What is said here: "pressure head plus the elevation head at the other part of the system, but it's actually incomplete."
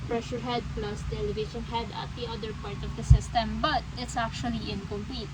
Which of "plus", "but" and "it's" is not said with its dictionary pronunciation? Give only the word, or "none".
none